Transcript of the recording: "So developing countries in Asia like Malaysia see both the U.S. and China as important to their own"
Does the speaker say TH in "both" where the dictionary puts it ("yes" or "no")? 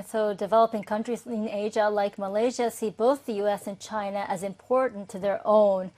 yes